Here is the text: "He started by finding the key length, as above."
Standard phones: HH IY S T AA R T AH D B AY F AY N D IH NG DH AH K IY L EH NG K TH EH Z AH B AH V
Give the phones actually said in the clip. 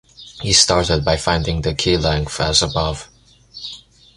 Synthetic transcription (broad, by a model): HH IY S T AA R T AH D B AY F AY N D IH NG DH AH K IY L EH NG K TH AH Z AH B AH V